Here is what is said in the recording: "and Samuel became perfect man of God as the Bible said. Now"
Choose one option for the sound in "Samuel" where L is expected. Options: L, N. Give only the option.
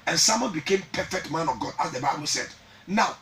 N